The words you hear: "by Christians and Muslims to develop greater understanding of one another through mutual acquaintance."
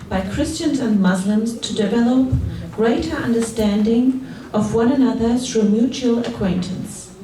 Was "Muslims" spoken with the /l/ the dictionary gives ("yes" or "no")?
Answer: yes